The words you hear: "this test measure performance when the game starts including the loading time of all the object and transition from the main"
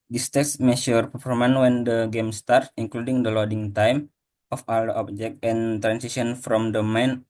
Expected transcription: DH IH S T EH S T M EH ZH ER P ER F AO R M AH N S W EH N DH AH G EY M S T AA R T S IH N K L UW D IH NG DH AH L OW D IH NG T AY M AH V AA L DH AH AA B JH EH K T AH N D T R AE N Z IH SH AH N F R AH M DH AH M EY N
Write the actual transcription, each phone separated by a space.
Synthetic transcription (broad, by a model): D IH S T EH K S M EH SH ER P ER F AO M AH N W EH N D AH G EY M S T AA R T IH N K L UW D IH NG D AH L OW D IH NG T AY M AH F AA L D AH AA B JH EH K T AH N T R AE N S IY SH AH N F R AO M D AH M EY N